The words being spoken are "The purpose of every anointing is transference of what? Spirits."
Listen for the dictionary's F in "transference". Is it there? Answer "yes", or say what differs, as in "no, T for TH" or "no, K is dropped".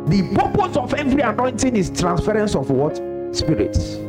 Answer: yes